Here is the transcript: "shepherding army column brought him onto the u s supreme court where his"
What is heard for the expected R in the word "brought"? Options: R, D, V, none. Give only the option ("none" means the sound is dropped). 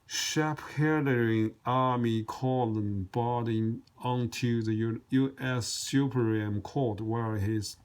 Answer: none